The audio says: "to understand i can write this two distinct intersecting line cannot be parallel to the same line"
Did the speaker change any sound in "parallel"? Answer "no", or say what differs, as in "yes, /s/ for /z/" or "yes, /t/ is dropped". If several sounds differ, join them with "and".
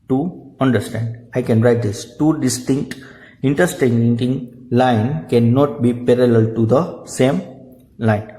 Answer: no